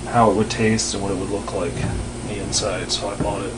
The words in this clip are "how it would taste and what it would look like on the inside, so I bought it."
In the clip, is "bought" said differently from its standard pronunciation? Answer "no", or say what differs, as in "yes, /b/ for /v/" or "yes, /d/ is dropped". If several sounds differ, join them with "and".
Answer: yes, /t/ is dropped